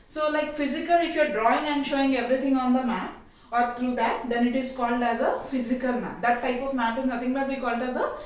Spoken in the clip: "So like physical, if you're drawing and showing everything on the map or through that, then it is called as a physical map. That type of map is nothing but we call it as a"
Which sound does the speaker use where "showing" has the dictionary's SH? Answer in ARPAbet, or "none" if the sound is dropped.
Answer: SH